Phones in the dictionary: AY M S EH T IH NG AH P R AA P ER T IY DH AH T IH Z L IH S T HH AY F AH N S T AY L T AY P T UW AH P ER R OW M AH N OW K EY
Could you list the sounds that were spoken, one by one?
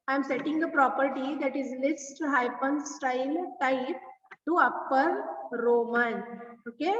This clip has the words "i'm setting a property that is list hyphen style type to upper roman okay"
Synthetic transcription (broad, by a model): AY M S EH T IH NG AH P R AA P ER T IY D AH T IH Z L IH S T HH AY P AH N S T AY L T AY P T UW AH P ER R OW M AH N OW K EY